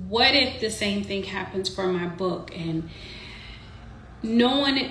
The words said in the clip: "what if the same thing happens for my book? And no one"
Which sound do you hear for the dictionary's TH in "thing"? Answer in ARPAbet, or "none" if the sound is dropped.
TH